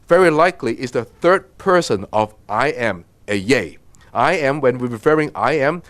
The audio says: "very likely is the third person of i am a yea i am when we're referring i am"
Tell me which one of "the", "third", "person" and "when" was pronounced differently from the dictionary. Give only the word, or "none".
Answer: none